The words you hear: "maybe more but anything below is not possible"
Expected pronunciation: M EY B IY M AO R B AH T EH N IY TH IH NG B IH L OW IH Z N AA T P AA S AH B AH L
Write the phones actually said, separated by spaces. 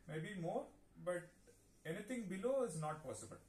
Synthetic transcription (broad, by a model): M EY B IY M AO R B AH T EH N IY T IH NG B IH L OW IH Z N AA T P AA S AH B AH L